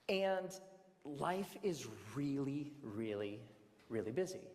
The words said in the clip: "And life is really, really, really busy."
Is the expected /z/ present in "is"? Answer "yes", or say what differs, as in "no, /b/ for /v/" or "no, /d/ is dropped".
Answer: yes